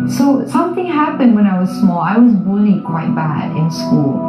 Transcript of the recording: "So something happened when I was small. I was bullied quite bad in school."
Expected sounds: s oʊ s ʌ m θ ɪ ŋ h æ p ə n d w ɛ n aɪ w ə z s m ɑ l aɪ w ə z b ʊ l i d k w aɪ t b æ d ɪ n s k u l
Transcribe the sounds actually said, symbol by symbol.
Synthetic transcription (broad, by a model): s oʊ s ʌ m θ ɪ ŋ h æ p ə n d w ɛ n aɪ w ə z s m ɑ l aɪ w ə z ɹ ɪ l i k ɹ aɪ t b æ d ɪ n s k u l